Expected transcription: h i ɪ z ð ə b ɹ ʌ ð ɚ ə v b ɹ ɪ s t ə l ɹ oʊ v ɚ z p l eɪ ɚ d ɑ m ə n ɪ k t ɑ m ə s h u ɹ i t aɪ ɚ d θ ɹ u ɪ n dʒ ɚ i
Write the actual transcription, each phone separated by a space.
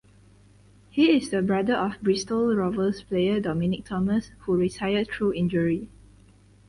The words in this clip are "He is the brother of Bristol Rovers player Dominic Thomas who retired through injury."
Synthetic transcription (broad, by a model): h i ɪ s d ə b ɹ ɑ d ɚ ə f b ɹ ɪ s t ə l ɹ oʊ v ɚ s p l eɪ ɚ d ɑ m ə n ɪ k t ɑ m ə s h u ɹ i s aɪ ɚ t ɹ u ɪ n dʒ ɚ i